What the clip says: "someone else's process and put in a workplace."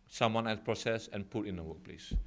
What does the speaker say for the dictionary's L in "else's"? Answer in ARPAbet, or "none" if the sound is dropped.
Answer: none